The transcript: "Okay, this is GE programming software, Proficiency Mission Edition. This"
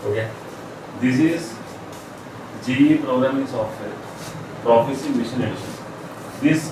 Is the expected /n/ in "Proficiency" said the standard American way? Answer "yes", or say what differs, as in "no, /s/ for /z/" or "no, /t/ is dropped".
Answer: no, /n/ is dropped